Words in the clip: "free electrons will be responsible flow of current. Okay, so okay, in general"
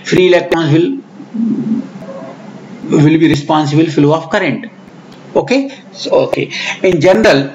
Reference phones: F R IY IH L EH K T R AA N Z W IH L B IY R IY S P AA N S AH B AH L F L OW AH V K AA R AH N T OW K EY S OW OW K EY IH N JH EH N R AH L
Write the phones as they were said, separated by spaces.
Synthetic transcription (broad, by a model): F R IY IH L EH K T AA N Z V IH L B IY R IY S P AA N S AH B AH L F L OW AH F K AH R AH N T OW K EY S OW OW K EY IH N JH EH N R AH L